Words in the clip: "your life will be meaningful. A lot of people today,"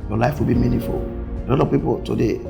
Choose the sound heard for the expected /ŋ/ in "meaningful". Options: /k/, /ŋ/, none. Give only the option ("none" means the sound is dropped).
none